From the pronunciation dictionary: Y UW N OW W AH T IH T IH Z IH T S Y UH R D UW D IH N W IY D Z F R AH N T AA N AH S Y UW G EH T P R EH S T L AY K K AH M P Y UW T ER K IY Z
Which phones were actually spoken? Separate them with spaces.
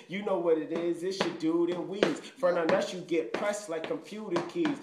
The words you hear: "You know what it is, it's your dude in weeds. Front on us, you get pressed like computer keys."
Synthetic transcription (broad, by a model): Y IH N OW W AH T IH T IH Z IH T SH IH D UW D IH N W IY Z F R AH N AA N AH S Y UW G EH T P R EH S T L AY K K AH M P Y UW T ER K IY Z